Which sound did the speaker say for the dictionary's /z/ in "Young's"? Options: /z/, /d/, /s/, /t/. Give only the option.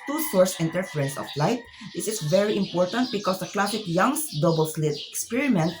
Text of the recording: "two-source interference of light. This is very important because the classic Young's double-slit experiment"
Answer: /s/